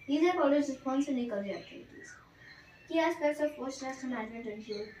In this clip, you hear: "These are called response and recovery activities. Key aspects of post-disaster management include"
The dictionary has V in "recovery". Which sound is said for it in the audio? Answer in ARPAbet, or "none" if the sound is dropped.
none